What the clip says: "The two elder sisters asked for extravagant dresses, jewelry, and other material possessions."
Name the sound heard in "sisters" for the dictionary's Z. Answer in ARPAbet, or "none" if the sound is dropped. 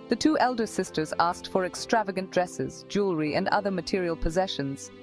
Z